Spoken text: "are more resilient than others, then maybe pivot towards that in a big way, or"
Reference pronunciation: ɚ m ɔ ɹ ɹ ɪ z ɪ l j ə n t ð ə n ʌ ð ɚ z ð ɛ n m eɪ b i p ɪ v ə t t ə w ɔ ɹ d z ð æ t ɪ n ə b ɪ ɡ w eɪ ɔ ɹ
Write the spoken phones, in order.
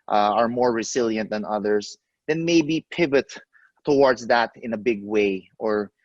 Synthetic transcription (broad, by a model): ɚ m ɔ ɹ ɹ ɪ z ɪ l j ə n t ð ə n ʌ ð ɚ s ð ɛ n m eɪ b i p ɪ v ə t t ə w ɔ ɹ d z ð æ t ɪ n ə b ɪ ɡ w eɪ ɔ ɹ